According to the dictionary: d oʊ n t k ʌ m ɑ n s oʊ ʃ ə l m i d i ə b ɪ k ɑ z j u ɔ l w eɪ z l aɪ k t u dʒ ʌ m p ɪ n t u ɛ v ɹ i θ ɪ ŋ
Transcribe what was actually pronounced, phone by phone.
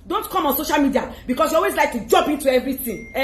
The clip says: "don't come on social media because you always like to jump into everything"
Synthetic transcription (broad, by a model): d oʊ n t k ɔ m ɑ n s oʊ ʃ ə l m i d i ə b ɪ k ɑ s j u ɔ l w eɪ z l aɪ k t u dʒ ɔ m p ɪ n t u ɛ v ɹ i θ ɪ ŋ